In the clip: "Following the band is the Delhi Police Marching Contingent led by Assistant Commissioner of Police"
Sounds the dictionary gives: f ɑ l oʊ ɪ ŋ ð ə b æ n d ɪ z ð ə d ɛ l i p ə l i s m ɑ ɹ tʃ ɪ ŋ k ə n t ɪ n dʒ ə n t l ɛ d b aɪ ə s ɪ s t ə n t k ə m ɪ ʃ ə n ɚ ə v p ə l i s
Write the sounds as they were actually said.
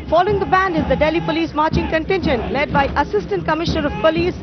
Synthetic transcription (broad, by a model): f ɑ l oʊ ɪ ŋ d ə b æ n d ɪ z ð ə d ɛ l i p ə l i s m ɑ ɹ tʃ ɪ ŋ k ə n t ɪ n ʃ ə n l ɛ d b aɪ ə s ɪ s t ə n t k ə m ɪ ʃ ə n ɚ ə v p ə l i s